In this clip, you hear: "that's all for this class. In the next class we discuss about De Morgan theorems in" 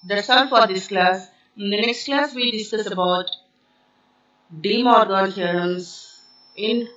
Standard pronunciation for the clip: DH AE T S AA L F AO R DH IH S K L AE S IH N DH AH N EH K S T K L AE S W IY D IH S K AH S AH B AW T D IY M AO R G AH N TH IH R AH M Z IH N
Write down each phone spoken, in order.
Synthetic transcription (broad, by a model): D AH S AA N F AO R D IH S K L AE S IH N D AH N EH K S T K L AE S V IY D IH S K AH S AH B AW T D IY M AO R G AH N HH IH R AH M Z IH N